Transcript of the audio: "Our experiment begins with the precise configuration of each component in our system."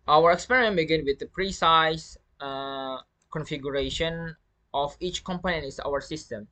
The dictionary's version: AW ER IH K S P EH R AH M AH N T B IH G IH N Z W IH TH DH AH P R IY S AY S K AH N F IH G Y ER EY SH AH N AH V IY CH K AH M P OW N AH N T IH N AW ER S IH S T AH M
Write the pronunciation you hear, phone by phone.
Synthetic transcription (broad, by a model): AW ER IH K S P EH R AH M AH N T B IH G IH N W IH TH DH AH P R IY S AY S K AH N F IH G Y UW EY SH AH N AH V IY CH K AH M P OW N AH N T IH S AW ER S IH S T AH M